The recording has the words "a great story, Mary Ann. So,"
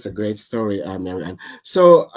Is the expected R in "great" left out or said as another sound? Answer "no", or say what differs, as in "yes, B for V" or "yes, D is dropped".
no